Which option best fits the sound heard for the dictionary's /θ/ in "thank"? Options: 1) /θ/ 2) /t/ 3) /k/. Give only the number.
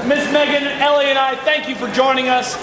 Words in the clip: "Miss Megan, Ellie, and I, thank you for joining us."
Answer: 1